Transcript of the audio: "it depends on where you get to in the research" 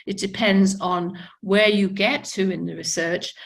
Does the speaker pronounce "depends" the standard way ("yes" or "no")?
yes